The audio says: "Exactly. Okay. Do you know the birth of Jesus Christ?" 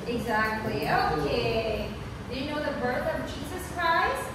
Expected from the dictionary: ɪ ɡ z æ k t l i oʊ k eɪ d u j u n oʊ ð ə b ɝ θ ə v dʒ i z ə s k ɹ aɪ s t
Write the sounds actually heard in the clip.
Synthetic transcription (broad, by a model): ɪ ɡ z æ k t l i oʊ k eɪ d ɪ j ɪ n oʊ ð ə b ɝ θ ə v dʒ i z ə s k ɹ aɪ s t